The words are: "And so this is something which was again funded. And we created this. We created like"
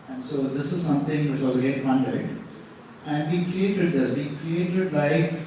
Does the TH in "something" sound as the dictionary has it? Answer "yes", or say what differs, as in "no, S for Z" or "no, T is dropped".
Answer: no, T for TH